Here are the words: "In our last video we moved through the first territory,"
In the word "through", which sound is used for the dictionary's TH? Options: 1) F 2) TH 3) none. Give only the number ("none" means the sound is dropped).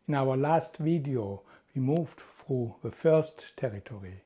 1